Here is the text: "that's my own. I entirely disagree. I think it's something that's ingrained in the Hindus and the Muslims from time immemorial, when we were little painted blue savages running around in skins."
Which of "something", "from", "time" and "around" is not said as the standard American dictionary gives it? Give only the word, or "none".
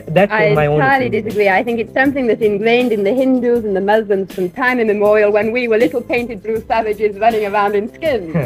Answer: none